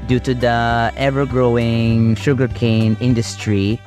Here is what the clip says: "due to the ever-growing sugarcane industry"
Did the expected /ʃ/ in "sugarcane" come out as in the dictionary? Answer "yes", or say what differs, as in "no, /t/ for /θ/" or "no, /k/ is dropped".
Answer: yes